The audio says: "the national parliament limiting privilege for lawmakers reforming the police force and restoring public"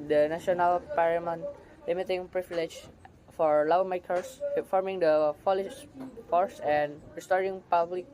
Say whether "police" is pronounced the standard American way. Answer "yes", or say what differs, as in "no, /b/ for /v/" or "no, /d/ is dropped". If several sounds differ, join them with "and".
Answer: no, /f/ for /p/